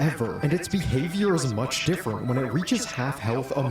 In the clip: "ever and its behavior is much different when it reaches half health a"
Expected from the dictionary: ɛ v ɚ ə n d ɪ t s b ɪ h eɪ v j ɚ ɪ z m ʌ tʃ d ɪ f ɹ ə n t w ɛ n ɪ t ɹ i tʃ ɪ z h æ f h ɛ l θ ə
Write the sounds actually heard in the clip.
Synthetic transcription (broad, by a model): ɛ v ɚ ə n ɪ t s b ɪ h eɪ v j ɚ ɪ z m ʌ tʃ d ɪ f ɹ ə n t w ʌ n ɪ t ɹ i tʃ ɪ z h æ f h ɛ l θ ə